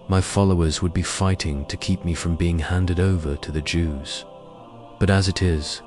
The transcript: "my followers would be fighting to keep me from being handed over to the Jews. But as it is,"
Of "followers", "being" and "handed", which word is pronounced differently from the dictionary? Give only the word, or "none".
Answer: none